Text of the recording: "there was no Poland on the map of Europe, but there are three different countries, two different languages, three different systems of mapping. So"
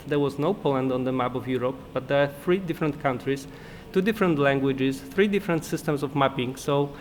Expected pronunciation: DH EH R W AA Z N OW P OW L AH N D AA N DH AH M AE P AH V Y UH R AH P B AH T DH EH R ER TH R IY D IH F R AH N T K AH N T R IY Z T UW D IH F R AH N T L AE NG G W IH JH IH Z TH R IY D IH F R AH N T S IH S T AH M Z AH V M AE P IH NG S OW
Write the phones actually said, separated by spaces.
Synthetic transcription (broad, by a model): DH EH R W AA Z N OW P OW L AH N D AA N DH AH M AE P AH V Y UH R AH P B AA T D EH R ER TH R IY D IH F R AH N T K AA N T R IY S T UW D IH F R AH N T L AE NG G W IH JH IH S TH R IY D IH F R AH N T S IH S T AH M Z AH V M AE P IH NG S OW